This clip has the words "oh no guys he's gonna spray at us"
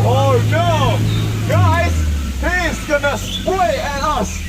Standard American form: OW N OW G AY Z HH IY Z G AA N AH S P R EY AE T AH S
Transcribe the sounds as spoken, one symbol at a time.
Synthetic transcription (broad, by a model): OW N OW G AY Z HH IY Z G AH N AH S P W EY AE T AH S